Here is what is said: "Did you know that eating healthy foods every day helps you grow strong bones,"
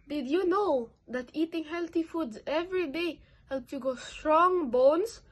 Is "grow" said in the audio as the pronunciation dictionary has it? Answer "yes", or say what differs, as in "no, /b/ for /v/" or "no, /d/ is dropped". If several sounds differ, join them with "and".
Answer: no, /ɹ/ is dropped